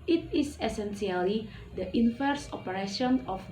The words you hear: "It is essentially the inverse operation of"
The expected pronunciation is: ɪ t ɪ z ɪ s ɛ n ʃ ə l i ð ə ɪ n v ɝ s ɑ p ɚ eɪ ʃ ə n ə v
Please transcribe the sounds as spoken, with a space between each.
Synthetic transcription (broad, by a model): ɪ t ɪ s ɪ s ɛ n s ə l i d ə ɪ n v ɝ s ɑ p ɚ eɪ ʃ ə n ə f